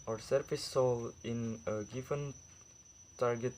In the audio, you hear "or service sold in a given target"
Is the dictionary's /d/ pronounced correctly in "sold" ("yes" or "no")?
no